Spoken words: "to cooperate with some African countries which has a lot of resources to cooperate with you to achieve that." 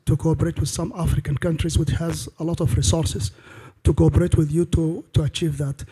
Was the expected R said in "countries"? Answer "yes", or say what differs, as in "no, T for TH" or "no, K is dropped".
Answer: yes